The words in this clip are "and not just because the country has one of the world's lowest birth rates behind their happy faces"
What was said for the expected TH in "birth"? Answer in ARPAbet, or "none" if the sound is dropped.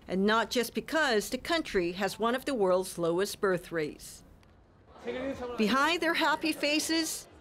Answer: TH